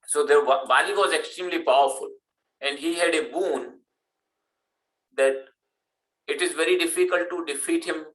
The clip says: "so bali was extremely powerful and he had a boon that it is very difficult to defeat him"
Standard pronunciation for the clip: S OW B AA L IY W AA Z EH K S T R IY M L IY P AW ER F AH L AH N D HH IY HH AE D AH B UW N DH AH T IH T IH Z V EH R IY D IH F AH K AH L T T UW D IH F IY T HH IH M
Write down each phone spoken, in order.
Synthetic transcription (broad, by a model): S OW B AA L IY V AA Z EH K S T R IY M L IY P AW ER F AH L AH N D HH IY HH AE D AH B UW N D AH T IH T IH Z V EH R IY D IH F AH K AH L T T UW D IH F IY T HH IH M